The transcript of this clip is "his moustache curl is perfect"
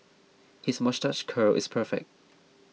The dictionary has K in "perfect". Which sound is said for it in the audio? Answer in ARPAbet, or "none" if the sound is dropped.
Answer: K